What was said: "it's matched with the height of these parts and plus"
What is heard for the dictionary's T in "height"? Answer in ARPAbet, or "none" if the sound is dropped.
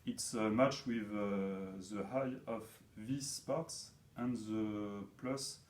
none